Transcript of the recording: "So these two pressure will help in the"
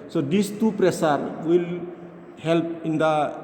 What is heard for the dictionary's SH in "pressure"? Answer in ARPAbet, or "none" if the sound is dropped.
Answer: S